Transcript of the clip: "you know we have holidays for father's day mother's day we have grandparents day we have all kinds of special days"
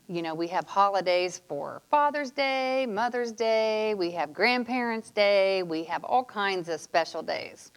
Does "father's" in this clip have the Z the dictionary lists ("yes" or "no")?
yes